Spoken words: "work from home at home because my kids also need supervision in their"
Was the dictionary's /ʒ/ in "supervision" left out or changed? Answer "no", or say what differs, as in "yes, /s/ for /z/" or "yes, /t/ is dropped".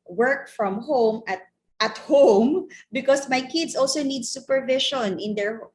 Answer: yes, /ʃ/ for /ʒ/